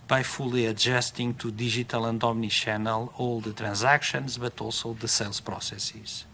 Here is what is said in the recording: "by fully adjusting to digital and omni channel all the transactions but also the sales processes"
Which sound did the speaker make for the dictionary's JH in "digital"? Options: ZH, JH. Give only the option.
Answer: ZH